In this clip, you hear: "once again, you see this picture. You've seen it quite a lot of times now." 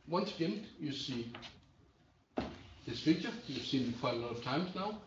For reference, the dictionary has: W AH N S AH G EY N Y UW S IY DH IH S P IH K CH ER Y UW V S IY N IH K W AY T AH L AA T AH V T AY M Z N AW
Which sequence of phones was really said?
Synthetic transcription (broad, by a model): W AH N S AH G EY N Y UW S IY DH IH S F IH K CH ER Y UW S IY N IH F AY AH L AA T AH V T AY M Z N AW